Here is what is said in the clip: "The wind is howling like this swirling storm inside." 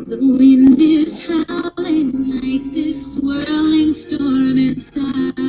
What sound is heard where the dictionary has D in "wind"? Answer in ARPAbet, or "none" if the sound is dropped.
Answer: D